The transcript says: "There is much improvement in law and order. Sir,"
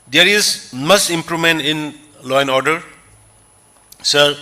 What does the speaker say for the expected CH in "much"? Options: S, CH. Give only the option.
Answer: S